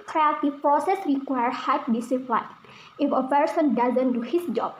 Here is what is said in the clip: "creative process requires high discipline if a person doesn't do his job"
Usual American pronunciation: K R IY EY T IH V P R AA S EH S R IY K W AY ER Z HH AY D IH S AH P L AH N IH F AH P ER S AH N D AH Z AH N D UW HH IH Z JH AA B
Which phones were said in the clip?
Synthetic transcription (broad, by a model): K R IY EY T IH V P R AA S EH S R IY K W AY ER HH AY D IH S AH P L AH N IH F AH P ER S AH N D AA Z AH N D UW HH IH S JH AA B